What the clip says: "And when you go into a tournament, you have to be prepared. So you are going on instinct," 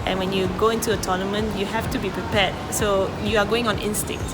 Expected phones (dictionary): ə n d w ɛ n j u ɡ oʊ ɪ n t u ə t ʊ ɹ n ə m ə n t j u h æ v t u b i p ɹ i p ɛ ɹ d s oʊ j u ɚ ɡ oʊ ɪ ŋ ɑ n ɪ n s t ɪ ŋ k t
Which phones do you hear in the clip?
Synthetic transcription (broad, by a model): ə n w ɛ n j u ɡ oʊ ɪ n t u ə t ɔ n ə m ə n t j u h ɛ f t u b i p ɹ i p ɛ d s oʊ j u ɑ ɡ oʊ ɪ ŋ ɑ n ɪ n s t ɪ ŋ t